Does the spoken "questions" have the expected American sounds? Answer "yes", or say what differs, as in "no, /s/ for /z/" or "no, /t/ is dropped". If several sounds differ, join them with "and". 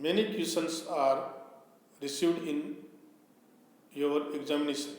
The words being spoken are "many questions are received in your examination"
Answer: no, /tʃ/ is dropped and /s/ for /z/